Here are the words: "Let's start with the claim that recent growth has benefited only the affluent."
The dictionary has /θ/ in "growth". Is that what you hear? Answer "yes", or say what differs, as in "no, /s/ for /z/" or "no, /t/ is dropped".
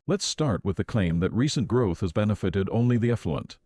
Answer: yes